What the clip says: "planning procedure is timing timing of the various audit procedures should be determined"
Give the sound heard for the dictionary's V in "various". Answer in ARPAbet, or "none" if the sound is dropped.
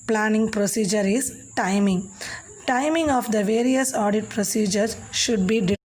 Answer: V